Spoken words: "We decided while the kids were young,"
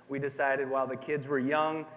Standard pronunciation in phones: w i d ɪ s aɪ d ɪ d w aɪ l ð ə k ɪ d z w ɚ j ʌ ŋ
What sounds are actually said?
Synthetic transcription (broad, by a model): w i d ɪ s aɪ d ɪ d w aɪ l ð ə k ɪ d z w ɚ j ʌ ŋ